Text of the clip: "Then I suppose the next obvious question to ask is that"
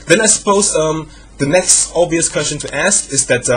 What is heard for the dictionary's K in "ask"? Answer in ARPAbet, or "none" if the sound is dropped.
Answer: K